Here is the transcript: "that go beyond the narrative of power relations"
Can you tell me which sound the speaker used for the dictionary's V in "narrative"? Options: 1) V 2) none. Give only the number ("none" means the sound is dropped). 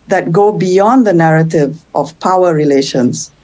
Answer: 1